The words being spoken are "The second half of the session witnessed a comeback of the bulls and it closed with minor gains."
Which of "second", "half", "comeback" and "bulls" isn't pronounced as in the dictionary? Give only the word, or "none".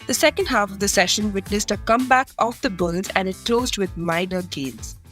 none